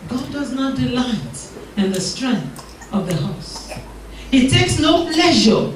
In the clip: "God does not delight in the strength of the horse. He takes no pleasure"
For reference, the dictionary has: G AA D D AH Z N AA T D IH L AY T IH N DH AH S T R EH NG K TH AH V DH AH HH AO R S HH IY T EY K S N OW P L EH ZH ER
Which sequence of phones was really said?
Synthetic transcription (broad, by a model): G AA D D AH Z N AA T D IH L AY T IH N DH AH S T R EH NG K TH AH V DH AH HH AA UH S HH IY T EY K S N OW P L EH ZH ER